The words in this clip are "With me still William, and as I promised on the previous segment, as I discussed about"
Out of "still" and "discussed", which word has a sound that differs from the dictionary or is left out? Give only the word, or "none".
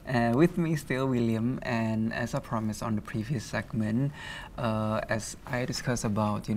discussed